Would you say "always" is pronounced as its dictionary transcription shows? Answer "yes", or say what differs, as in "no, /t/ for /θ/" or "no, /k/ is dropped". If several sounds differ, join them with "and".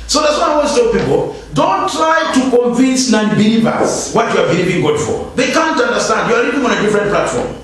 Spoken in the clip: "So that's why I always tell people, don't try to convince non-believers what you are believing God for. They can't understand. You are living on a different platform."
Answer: no, /z/ is dropped